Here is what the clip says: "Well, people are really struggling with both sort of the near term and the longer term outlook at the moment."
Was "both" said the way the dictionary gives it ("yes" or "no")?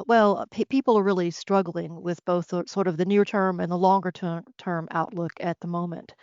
yes